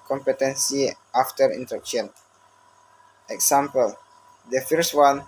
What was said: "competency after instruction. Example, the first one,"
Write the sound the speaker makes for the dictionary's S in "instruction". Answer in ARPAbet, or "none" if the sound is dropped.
none